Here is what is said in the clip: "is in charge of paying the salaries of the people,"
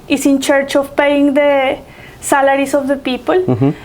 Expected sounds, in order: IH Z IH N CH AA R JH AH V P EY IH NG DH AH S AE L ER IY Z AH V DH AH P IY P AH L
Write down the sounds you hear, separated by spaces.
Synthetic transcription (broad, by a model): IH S IH N CH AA R CH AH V P EY IH NG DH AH S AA L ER IY S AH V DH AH P IY P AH L